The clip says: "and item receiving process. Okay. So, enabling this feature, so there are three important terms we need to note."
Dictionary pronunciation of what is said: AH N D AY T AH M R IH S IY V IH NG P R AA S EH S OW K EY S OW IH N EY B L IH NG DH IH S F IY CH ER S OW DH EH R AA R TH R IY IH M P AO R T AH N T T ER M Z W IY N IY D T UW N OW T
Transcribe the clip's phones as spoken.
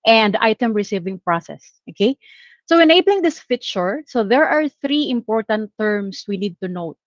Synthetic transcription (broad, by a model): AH N D AY T AH M R IH S IY V IH NG P R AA S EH S OW K EY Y OW IH N EY B L IH NG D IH S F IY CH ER S OW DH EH R AA R TH R IY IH M P AO R T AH N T T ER M S W IY N IY D T UW N OW T